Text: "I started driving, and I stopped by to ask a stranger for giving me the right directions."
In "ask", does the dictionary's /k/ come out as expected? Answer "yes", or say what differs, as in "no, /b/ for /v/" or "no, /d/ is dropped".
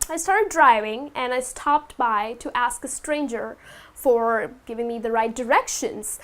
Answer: yes